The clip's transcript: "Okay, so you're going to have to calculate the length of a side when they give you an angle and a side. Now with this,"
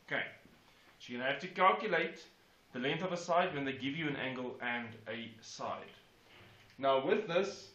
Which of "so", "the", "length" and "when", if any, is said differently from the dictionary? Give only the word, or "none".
so